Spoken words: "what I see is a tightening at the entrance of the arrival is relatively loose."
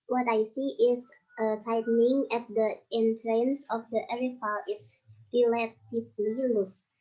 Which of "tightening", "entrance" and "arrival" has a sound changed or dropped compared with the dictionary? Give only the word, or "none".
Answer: arrival